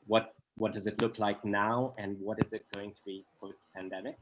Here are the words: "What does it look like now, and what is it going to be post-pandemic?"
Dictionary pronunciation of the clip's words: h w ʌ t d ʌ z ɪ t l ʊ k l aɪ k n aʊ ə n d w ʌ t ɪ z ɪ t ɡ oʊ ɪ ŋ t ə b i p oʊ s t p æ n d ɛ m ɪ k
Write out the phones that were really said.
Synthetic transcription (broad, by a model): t w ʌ t d ʌ z ɪ t l ʊ k l aɪ k n aʊ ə n w ʌ t ɪ z ɪ t ɡ oʊ ɪ ŋ t ə b i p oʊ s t p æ n d ɛ m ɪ k